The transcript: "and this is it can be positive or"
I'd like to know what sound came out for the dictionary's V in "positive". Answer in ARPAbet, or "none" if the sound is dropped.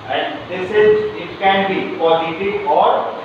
none